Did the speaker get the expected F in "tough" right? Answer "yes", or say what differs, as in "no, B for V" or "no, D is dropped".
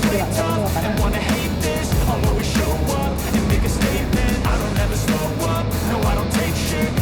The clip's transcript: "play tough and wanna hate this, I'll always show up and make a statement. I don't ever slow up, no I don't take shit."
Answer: no, F is dropped